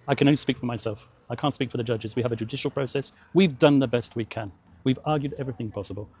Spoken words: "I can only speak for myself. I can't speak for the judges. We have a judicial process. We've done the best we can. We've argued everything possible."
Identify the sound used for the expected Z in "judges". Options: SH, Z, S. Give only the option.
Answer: Z